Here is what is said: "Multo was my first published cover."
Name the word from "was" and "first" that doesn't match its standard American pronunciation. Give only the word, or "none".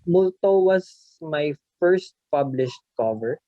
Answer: was